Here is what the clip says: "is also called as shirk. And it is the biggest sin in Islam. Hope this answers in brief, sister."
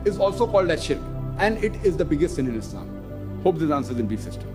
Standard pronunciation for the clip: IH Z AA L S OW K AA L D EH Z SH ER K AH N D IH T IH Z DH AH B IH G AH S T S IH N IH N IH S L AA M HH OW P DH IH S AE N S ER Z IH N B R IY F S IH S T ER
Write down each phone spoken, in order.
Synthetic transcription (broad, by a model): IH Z AA L S OW K AA L D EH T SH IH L AH N D IH T IH Z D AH B IH G AH S T S IH N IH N IH S L AA M HH OW P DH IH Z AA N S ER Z IH N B IY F S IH S T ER